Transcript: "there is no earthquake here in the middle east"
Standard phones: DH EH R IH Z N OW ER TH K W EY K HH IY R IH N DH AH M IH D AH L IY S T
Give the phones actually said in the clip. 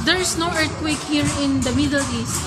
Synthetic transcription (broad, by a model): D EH R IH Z N OW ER T K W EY K HH IY R IH N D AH M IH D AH L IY S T